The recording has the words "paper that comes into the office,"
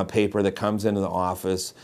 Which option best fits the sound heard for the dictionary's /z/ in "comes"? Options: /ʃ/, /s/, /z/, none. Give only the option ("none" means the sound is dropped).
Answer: /z/